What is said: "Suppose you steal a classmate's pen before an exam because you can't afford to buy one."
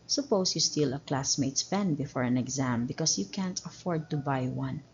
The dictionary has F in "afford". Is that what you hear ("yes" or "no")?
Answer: yes